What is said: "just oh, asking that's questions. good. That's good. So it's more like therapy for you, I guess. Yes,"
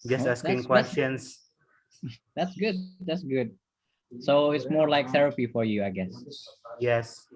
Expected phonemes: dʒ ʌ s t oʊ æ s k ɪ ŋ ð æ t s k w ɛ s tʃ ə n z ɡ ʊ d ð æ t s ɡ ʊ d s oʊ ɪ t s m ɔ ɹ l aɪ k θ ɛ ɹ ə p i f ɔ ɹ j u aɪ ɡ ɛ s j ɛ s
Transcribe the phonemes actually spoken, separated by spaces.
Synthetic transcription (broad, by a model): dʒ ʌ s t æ s ɪ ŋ k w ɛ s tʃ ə n s ɡ ʊ d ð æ t s ɡ ʊ d s oʊ ɪ t s m ɔ ɹ l aɪ k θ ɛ ɹ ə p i f ɔ ɹ j u aɪ ɡ ɛ s j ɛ s